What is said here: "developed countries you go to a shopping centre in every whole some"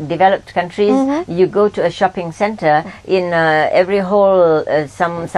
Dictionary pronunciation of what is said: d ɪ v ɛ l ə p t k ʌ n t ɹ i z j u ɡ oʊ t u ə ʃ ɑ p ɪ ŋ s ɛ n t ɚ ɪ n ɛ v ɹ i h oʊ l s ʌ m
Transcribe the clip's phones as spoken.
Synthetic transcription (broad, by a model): d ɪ v ɛ l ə p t k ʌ n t ɹ i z j u ɡ oʊ t u ə ʃ ɑ p ɪ ŋ s ɛ n t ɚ ɪ n ɛ v ɹ i h oʊ l s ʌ m